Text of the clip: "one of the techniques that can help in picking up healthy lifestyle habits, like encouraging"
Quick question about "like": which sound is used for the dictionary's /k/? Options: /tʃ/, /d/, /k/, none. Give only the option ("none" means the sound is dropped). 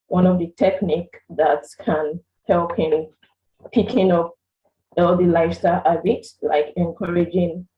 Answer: /k/